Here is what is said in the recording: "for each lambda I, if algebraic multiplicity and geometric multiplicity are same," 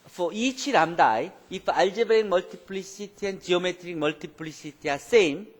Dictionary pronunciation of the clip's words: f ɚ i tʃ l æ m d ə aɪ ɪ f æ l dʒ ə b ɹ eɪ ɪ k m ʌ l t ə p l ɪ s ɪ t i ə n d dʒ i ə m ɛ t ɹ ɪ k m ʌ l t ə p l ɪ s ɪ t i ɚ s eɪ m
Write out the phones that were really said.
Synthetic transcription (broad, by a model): f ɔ i tʃ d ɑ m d aɪ ɪ f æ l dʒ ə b eɪ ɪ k m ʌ l t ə p l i s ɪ t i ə n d dʒ i ə m ɛ t ɹ ɪ k m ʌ l t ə p l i s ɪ t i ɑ s eɪ m